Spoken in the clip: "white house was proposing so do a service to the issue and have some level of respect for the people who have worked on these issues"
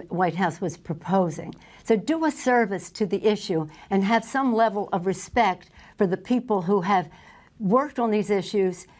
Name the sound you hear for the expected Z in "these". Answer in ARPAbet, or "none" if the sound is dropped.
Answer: Z